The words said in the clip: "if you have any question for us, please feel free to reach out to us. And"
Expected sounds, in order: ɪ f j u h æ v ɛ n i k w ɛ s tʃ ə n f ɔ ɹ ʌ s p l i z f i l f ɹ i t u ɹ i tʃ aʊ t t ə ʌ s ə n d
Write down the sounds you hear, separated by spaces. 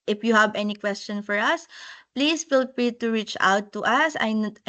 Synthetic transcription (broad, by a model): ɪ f j u h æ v ɛ n i k w ɛ s tʃ ə n f ɔ ɹ ʌ s p l i s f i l p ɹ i t u ɹ i tʃ aʊ t t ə ʌ s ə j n